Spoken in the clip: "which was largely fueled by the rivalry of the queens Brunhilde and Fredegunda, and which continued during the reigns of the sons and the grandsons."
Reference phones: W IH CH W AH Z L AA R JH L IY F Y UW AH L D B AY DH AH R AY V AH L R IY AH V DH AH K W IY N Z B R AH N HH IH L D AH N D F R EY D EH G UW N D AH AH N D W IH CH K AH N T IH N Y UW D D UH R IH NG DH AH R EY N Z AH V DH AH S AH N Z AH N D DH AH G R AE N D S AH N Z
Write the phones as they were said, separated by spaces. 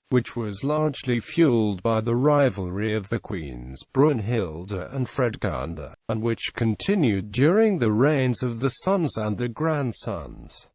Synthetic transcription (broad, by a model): W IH CH W AH Z L AA R JH L IY F Y UW L D B AY DH AH R AY V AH L R IY AH V DH AH K W IY N Z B R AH N HH IH L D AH N F R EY D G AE N D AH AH N W IH CH K AH N T IH N Y UW D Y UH R IH NG DH AH R EY N Z AH V DH AH S AH N Z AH N DH AH G R AE N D S AH N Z